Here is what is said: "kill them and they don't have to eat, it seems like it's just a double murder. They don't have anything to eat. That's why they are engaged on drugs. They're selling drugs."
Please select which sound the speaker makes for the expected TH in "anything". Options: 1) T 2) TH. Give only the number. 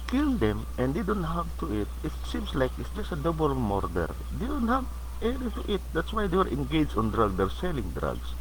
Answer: 1